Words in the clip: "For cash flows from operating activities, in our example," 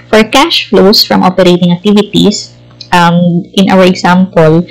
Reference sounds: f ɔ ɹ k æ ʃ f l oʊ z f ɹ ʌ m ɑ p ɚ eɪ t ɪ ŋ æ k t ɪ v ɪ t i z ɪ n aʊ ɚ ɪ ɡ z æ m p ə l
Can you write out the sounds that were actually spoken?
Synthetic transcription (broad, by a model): f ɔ ɹ k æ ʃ f l oʊ s f ɹ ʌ m ɑ p ɚ eɪ t ɪ ŋ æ k t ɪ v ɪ t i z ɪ n aʊ ɚ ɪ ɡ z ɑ m p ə l